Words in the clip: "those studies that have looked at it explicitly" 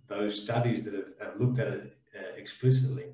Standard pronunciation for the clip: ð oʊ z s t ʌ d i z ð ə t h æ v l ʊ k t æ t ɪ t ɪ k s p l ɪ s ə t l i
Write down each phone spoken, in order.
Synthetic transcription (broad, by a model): ð oʊ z s t ʌ d i z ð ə t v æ v l ʊ k t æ t ɪ t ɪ k s p l ɪ s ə t l i